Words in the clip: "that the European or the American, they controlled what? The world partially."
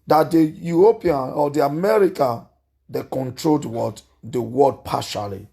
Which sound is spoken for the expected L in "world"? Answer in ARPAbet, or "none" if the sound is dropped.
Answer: none